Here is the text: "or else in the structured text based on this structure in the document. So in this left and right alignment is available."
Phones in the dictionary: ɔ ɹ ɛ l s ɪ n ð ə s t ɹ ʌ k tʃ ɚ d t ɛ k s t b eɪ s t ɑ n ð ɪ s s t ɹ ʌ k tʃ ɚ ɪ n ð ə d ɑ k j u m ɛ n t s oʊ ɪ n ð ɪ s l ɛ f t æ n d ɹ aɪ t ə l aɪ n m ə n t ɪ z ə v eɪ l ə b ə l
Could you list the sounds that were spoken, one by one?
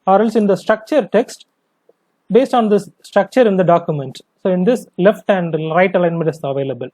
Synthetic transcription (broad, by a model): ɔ ɹ ɛ l s ɪ n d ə s t ɹ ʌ k tʃ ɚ d t ɛ k s t b eɪ s t ɑ n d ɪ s s t ɹ ʌ k tʃ ɚ ɪ n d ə d ɑ k j u m ɛ n t s oʊ ɪ n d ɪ s l ɛ f t æ n d ɹ aɪ t ə l aɪ n m ə n t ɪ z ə v eɪ l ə b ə l